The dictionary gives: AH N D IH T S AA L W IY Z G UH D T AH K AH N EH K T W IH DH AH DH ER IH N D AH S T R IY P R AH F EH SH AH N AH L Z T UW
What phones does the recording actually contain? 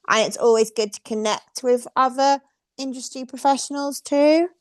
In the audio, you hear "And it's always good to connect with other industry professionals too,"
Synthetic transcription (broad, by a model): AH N IH T S AA L W IY Z G UH D T AH K AH N EH K T W IH DH AH DH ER IH N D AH S T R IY P R AH F EH SH AH N AH L Z T UW